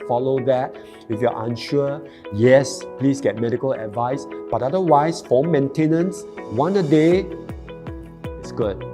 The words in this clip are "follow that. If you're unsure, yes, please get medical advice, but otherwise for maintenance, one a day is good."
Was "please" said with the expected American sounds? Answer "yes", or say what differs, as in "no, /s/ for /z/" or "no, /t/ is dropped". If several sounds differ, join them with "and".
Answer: no, /s/ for /z/